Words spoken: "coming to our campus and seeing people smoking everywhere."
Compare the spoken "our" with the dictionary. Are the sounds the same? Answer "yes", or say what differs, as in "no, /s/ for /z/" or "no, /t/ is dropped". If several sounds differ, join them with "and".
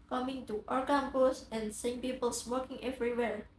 yes